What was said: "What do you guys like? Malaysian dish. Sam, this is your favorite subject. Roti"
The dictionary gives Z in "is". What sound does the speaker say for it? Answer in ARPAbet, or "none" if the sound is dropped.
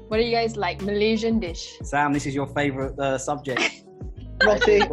Z